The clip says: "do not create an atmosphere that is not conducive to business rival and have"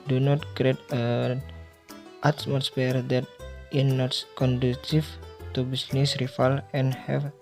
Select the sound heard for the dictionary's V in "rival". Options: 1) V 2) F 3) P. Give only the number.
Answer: 2